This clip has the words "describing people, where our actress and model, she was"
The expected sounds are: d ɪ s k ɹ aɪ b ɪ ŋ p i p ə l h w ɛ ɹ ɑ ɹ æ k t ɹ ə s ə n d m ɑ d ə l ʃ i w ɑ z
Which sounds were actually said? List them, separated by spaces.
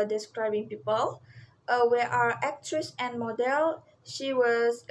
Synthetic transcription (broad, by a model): d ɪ s k ɹ aɪ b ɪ ŋ p i p ə l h w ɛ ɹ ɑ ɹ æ k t ɹ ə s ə n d m ɑ d ə l ʃ i w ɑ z